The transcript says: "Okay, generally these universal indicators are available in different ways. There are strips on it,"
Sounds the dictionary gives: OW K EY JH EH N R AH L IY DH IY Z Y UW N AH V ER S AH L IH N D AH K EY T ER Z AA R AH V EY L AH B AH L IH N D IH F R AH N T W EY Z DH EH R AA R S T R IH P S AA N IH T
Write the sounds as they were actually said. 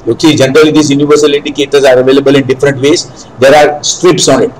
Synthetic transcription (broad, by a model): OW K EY JH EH N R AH L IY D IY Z Y UW N AH V ER S AH L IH N D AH K EY T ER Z AA R AH V EY L AH B AH L IH N D IH F R AH N T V EY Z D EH R AA R S T R IH P S AA N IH T